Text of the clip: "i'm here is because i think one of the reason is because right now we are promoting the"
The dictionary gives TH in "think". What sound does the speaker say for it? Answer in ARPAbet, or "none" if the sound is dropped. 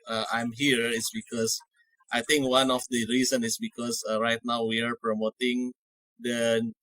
T